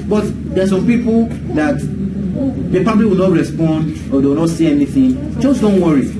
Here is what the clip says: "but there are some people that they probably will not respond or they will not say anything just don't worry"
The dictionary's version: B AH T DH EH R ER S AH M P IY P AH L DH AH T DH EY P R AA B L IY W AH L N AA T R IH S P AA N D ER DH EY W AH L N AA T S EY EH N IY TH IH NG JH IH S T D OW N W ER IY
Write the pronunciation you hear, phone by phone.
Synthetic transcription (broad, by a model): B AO T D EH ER S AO M P IY P AH L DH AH T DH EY P AA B L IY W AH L N AA T R IH S P AA N D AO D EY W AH N AA T S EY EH N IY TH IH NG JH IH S D OW N W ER IY